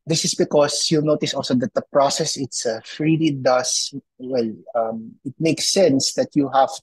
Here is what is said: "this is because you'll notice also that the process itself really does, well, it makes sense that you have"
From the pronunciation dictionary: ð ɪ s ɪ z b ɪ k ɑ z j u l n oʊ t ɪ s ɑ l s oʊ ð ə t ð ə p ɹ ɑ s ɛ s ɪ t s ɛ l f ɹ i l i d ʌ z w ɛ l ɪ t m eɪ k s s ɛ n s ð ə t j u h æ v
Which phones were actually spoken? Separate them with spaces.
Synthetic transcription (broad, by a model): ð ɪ s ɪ s b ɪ k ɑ s j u n oʊ t ɪ s ɑ l s oʊ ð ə t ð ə p ɹ ɑ s ɛ s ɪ t s f ɹ i l i d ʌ s w ɛ l ɪ t m eɪ k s s ɛ n s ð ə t j u h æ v